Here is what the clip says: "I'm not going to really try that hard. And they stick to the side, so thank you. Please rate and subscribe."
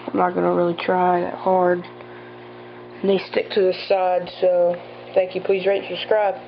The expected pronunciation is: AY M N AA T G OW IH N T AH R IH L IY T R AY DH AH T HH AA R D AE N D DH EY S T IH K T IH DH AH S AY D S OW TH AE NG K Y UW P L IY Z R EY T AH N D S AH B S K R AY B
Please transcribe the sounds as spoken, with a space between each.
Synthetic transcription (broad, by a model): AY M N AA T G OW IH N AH R IH L IY T R AY DH AH T HH AA R D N DH EY S T IH K T IH DH AH S AY D S OW TH AE NG K Y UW P L IY Z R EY AH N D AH S K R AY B